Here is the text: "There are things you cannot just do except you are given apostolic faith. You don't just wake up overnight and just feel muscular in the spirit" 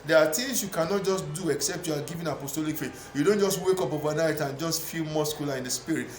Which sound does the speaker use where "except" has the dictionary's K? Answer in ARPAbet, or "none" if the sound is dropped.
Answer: K